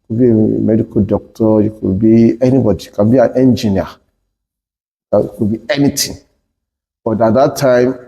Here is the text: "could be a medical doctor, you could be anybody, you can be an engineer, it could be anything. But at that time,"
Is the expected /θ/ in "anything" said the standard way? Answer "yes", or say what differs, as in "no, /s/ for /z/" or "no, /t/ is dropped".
no, /t/ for /θ/